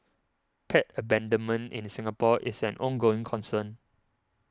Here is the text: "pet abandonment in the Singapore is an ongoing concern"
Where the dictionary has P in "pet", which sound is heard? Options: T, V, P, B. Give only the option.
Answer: P